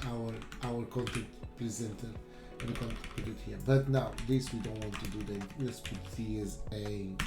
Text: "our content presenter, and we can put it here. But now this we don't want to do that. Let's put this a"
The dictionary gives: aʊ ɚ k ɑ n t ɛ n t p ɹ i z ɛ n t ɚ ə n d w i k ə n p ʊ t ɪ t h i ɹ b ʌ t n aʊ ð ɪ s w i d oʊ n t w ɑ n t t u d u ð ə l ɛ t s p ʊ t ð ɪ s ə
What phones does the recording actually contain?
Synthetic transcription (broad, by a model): aʊ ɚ k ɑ n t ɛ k t p ɹ i z ɛ n t ɚ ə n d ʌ k ə n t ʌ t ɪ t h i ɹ b ʌ t n aʊ ð ɪ s w i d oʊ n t w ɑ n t t u d u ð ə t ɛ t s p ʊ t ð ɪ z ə